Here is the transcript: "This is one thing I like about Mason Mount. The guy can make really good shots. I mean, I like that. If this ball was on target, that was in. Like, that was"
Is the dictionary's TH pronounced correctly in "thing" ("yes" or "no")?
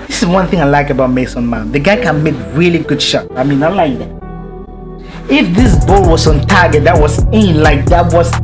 yes